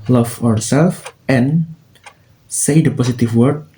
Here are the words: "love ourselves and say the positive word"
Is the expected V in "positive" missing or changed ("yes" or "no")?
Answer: yes